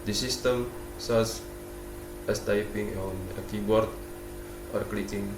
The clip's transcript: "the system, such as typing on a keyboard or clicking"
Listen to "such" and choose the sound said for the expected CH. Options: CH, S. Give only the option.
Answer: S